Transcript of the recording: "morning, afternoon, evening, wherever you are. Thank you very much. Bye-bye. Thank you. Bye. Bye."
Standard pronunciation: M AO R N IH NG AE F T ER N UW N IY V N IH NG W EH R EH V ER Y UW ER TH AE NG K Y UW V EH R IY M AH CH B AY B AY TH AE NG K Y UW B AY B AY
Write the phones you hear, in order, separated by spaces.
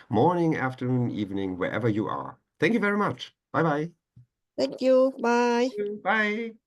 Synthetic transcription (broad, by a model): M AO R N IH NG AE F T ER N UW N IY V N IH NG W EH R EH V ER Y UW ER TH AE NG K Y UW V EH R IY M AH CH B AY B AY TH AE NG K Y UW B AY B AY